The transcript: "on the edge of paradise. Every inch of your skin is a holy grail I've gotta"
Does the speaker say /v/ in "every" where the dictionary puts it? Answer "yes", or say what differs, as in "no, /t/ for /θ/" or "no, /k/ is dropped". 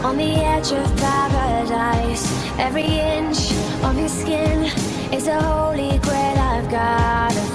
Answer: yes